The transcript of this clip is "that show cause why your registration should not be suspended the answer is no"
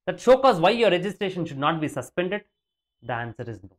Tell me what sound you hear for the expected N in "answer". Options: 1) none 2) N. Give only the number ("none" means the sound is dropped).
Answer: 2